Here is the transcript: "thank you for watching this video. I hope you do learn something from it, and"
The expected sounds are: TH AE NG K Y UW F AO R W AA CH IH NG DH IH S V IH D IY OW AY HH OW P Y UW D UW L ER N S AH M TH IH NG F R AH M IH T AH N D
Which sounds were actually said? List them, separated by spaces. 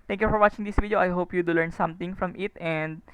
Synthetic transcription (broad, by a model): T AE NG K Y UW F AO R W AA CH IH NG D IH S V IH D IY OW AY HH OW P Y UW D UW L ER N S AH M T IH NG F R AH M IH T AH N D